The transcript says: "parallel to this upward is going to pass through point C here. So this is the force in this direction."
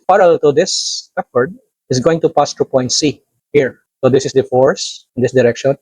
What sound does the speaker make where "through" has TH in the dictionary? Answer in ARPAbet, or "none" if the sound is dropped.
T